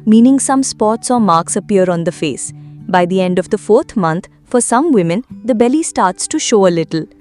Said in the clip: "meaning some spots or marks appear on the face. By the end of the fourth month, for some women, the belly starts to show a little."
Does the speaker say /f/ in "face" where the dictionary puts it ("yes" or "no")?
yes